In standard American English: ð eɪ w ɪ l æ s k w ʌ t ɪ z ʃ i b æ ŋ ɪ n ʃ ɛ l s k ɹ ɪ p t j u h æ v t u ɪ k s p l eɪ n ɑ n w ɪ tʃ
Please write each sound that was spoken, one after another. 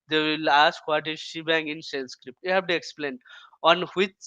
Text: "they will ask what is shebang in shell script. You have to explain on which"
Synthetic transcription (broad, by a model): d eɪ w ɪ l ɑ s k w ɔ t ɪ z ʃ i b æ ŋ ɪ n s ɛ n s k ɹ ɪ p t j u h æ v t u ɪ k s p l eɪ n ɑ n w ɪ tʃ